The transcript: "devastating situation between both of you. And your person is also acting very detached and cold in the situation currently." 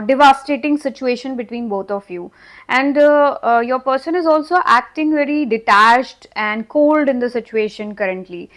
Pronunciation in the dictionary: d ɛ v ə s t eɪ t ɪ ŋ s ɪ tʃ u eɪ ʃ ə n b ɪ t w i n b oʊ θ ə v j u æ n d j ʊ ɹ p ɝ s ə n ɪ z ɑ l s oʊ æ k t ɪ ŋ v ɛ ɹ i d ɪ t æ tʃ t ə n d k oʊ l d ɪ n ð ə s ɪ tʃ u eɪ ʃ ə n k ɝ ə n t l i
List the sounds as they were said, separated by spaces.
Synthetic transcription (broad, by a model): d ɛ v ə s t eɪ t ɪ ŋ s ɪ tʃ u eɪ ʃ ə n b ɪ t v i n b oʊ t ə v j u æ n d j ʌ ɹ p ɝ s ə n ɪ z ɑ l s oʊ æ k t ɪ ŋ v ɛ ɹ i d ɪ t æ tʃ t ə n d k oʊ l d ɪ n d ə s ɪ tʃ u eɪ ʃ ə n k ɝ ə n t l i